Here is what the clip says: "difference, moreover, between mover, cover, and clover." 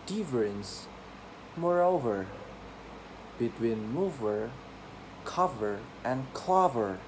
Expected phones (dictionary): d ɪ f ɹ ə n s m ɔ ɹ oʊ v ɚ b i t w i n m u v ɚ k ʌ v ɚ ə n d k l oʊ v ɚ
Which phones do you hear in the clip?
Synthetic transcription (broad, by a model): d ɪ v ɹ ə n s m ɔ ɹ oʊ v ɚ b i t w i n m u v ɚ k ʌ v ɚ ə n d k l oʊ v ɚ